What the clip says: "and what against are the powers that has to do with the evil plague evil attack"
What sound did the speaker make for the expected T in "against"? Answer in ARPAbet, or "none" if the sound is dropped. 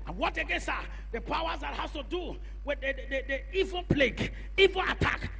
none